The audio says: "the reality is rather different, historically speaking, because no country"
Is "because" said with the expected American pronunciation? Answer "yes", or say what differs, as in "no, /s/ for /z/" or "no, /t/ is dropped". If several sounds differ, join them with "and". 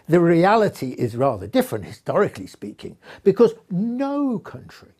yes